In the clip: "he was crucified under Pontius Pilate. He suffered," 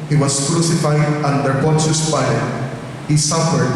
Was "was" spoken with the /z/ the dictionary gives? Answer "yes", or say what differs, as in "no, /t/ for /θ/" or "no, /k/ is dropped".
no, /s/ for /z/